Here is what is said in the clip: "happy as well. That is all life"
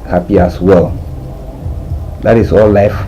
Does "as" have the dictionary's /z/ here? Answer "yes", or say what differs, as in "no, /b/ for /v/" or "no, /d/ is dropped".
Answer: no, /s/ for /z/